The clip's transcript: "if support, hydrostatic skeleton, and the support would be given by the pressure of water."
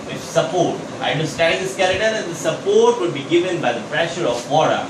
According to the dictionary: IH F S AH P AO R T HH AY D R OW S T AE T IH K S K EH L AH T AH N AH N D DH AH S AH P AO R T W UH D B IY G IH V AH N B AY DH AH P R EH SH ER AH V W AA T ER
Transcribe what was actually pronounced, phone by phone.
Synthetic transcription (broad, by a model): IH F S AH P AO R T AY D OW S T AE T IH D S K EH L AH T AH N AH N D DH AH S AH P AO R T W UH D B IY G IH V AH N B AY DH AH P R EH SH ER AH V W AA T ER